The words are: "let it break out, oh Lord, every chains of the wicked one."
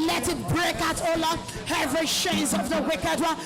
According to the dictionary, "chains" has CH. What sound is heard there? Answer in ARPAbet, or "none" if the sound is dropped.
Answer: SH